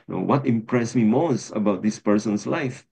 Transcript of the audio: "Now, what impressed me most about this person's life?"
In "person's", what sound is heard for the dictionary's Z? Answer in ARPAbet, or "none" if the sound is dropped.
S